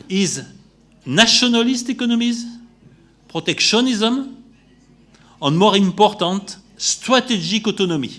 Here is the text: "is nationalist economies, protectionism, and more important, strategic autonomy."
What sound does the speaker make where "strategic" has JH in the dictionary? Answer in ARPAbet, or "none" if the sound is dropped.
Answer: ZH